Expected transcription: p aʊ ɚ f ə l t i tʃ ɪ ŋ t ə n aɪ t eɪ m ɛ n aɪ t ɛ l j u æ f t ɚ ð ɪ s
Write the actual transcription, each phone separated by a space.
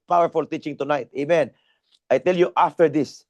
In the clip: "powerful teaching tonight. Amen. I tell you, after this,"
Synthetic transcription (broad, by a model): p aʊ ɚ f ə l t i tʃ ɪ ŋ t ə n aɪ t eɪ m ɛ n aɪ t ɛ l j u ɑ f t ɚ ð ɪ s